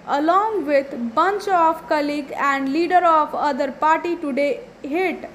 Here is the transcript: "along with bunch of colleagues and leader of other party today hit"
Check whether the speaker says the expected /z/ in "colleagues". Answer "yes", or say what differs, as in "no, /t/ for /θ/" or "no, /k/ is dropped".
no, /z/ is dropped